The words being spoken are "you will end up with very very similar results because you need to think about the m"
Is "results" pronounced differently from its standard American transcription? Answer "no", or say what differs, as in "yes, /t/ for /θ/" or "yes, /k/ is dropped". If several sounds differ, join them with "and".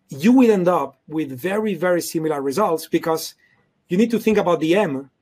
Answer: no